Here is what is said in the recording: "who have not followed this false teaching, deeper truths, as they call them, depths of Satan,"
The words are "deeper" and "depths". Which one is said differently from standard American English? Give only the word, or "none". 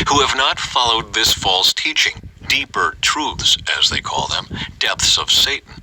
none